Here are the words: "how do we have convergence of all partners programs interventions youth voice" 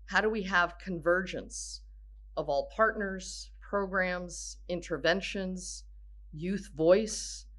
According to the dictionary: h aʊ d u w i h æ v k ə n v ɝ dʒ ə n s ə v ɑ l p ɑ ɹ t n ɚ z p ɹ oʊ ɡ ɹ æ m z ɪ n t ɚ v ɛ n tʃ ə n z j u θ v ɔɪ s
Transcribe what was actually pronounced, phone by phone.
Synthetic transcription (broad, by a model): h aʊ d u w i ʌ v k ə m v ɝ dʒ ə n s ə v ɑ l p ɑ ɹ t n ɚ z p ɹ oʊ ɡ ɹ æ m z ɪ n t ɚ v ɛ n ʃ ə n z j u θ v ɔɪ s